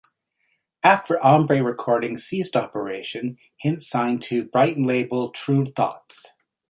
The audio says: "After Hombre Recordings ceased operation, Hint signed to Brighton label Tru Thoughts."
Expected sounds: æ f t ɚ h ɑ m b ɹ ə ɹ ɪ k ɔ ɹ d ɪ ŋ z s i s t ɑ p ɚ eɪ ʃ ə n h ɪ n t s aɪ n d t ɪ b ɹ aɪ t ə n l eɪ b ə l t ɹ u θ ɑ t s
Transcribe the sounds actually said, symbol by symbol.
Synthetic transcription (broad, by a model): æ f t ɚ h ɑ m b ɹ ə ɹ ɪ k ɔ ɹ d ɪ ŋ s i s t ɑ p ɚ eɪ ʃ ə n h ɪ n t s aɪ n t ɪ b ɹ aɪ t n l eɪ b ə l t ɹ u θ ɑ t s